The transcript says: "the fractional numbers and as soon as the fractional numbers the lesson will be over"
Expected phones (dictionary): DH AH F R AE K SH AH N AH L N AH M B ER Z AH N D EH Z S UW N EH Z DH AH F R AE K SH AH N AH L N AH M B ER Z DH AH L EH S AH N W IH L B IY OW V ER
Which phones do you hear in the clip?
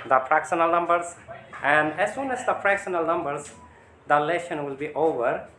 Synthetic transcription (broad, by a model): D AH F R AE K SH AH N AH L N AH M B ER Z AH N D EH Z S UW N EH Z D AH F R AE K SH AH N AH L N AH M B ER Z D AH L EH SH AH N W IH L B IY OW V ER